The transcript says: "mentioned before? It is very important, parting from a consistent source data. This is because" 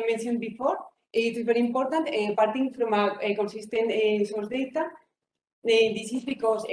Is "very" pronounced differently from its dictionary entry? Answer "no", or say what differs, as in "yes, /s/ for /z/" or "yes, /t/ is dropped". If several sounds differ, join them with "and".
yes, /b/ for /v/